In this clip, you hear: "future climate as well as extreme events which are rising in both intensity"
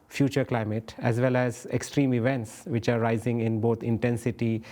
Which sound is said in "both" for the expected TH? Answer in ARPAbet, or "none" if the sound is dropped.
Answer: T